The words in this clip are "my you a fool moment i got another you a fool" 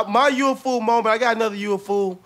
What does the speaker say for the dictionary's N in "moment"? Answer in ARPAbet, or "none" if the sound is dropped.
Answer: none